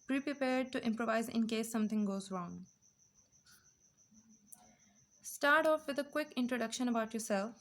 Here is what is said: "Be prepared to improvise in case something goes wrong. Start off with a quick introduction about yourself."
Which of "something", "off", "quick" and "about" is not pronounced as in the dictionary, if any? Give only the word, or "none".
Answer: something